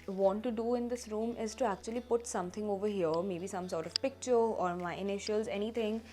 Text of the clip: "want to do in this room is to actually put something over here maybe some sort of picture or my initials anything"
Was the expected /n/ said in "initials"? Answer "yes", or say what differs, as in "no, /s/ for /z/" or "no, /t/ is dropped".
yes